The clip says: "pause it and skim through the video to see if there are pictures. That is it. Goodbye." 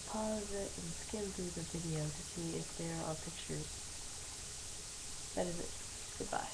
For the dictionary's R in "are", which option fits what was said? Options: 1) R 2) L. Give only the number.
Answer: 2